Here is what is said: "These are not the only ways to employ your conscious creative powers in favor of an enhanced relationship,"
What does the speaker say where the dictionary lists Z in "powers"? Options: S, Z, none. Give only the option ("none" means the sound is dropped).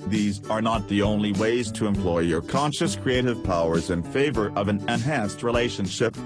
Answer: Z